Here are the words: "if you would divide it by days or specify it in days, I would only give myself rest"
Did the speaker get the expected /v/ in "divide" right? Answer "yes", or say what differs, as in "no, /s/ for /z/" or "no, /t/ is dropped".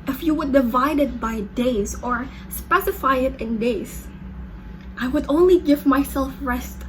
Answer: yes